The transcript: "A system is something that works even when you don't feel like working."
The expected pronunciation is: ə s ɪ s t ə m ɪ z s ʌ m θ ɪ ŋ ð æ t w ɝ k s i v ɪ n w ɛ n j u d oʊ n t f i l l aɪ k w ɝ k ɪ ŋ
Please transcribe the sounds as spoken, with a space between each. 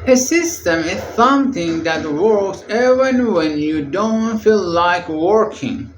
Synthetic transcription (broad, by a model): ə s ɪ s t ə m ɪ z s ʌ m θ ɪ ŋ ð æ t w ɝ k s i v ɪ n w ɛ n j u d oʊ n t f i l l aɪ k w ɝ k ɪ ŋ